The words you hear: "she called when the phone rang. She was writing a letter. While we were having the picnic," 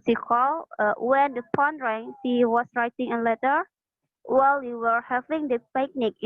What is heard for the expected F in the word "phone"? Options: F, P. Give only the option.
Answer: P